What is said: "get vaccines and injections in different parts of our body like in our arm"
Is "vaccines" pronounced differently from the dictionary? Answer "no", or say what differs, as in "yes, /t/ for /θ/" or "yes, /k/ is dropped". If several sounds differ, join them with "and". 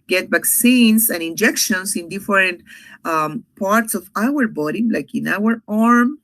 yes, /s/ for /z/